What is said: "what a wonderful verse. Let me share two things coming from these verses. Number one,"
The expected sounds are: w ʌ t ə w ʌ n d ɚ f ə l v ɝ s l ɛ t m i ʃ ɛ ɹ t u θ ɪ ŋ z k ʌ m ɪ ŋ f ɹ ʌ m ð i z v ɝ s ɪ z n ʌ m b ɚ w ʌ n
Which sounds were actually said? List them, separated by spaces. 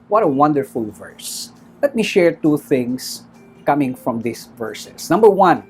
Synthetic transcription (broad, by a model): w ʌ t ə w ʌ n d ɚ f ə l v ɝ s l ɛ t m i ʃ ɛ ɹ t u θ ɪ ŋ s k ʌ m ɪ ŋ f ɹ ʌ m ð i s v ɝ s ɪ s n ʌ m b ɚ w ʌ n